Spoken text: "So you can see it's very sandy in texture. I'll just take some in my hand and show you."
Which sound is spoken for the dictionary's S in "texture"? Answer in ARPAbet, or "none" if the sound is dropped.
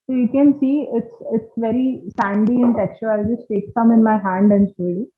none